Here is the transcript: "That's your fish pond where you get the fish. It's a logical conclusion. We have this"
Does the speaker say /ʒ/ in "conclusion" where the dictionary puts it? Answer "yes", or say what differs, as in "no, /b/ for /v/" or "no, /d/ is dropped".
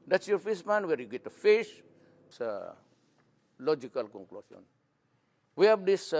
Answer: no, /s/ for /ʒ/